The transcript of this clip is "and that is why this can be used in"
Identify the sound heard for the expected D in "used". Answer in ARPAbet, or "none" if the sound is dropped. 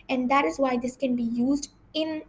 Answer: D